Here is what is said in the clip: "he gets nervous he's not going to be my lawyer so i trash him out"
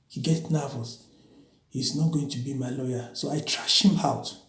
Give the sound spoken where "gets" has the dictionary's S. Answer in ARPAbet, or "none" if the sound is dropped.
none